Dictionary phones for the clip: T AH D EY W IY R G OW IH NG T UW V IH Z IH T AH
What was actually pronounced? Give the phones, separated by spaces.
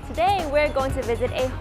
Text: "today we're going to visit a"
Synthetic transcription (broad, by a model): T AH D EY W IY R G OW IH NG T UW V IH Z IH T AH